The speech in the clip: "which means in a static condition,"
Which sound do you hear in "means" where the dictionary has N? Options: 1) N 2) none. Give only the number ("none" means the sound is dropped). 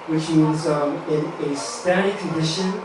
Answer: 2